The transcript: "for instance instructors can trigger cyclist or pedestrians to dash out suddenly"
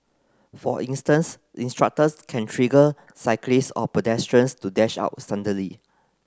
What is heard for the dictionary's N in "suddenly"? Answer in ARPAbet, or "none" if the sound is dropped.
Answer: none